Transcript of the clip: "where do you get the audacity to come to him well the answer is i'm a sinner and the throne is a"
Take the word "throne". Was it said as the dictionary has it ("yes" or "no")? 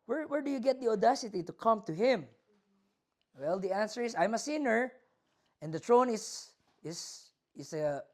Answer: no